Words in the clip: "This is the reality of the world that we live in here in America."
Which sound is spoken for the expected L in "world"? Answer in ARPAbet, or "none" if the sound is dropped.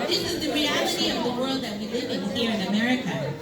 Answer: L